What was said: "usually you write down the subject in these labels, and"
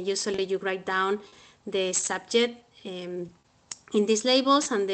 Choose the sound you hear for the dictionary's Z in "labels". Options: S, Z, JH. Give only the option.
S